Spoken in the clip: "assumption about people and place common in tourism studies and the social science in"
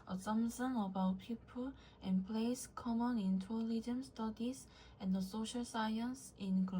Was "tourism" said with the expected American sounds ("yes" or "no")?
no